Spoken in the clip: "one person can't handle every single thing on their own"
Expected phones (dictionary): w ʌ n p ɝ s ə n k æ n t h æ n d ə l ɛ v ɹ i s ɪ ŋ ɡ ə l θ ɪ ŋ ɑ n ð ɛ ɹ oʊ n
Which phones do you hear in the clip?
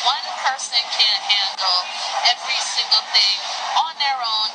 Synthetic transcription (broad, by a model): w ʌ n p ɝ s ə n k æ n h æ n d l ɛ v ɹ i s ɪ ŋ ɡ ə l θ ɪ ŋ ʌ n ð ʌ ɹ oʊ n